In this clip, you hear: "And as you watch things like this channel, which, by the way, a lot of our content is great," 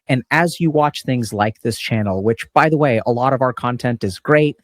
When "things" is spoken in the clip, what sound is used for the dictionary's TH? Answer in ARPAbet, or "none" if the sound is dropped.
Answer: TH